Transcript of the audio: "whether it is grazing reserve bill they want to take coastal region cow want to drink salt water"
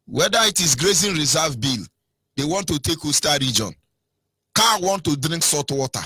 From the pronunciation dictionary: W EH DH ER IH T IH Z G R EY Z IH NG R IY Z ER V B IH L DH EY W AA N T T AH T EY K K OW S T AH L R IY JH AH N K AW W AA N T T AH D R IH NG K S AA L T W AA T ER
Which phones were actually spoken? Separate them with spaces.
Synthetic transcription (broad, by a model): W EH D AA IH T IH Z G R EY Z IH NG R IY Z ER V B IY L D EY W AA N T T AH T EY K K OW S T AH R IY JH AH N K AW W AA N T T AH D R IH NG K S AA T W AA T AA